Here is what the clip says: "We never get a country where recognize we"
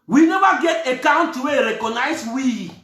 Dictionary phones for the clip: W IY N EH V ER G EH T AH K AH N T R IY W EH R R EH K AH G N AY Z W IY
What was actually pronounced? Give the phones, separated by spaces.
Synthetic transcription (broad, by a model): W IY N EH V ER G EH T AH K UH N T IY W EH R R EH K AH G N AY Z W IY